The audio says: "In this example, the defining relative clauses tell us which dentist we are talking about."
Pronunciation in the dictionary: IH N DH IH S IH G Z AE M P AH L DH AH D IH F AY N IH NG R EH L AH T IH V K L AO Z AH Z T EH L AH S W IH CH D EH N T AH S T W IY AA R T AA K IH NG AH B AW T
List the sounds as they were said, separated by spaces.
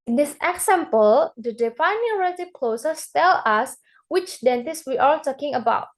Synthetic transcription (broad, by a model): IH N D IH S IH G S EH M P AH L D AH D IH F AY N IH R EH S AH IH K L AO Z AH S T EH L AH S W IH CH D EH N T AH S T W IY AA L T AA K IH NG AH B AW T